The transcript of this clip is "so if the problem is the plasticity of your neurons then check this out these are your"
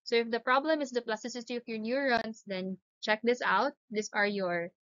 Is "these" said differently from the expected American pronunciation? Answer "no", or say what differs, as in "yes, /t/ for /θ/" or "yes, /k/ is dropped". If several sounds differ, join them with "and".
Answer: yes, /s/ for /z/